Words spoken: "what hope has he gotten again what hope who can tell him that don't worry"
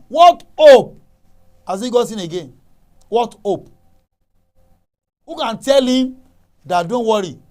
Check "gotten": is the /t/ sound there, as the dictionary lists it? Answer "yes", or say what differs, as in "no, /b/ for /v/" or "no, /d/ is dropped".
no, /s/ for /t/